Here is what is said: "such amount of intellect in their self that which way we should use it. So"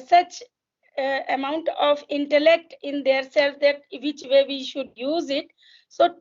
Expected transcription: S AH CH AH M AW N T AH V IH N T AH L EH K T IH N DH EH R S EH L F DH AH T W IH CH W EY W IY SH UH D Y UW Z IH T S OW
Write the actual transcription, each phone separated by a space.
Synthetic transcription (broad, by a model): S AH CH AH M AW N T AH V IH N T AH L EH K T IH N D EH R S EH L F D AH T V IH CH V EY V IY SH UH D Y UW Z IH T S OW